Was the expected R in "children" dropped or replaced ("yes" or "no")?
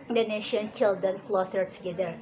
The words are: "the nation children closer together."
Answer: yes